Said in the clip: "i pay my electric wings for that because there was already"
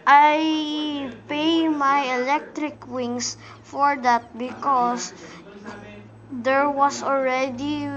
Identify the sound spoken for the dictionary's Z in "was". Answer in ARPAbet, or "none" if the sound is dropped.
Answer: S